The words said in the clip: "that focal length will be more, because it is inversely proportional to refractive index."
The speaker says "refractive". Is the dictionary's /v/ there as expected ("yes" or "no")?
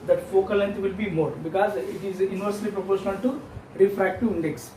no